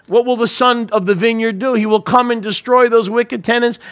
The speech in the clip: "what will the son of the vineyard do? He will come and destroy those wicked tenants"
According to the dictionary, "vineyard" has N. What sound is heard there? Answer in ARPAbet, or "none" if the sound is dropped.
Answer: N